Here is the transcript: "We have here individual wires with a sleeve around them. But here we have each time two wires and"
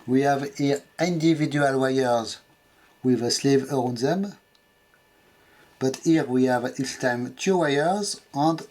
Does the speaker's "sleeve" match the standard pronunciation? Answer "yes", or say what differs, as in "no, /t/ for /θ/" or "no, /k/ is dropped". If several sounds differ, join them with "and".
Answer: yes